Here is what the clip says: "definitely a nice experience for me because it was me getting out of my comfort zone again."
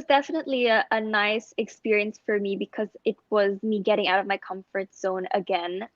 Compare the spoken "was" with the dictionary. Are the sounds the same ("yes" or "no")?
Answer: yes